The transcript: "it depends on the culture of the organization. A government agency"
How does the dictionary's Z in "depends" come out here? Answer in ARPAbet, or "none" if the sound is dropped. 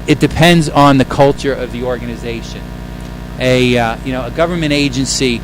Z